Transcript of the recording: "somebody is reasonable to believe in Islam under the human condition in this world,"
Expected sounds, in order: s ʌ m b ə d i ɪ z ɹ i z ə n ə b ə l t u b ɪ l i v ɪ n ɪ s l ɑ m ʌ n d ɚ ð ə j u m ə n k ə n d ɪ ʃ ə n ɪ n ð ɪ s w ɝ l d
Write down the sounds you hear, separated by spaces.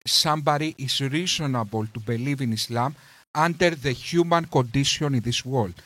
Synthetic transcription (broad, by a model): s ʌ m b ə d i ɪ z ɹ i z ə n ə b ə l t u b ɪ l i v ɪ n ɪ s l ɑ m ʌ n d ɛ ð ə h u m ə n k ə n d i s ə n ɪ n ð ɪ s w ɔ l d